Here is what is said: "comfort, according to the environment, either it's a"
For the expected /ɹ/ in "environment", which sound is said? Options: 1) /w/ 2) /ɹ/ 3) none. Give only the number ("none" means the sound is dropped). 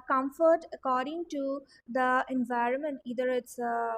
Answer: 2